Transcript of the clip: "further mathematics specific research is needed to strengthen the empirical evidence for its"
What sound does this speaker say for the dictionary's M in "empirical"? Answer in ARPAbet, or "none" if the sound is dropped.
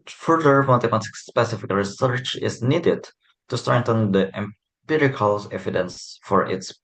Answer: M